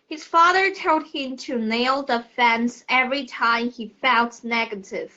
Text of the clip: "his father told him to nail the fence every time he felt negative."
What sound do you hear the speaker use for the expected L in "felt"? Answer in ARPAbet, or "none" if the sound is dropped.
N